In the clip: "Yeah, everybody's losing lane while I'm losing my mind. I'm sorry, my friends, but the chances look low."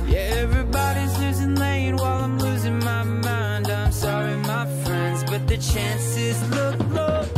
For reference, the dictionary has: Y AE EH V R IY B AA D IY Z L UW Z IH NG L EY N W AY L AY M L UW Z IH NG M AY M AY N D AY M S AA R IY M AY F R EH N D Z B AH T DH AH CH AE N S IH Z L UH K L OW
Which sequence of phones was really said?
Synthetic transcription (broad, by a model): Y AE EH V R IY B AA D IY Z L UW Z IH NG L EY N W AY L AY M L UW Z IH NG M AY M AY N D AY M S AA R IY M AY F R EH N D Z B AH T DH AH CH AE N S IH Z L UH K L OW